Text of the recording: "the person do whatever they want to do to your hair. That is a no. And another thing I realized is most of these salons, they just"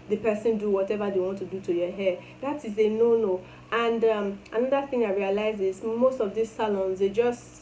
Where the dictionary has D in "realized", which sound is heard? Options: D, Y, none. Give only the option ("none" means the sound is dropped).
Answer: none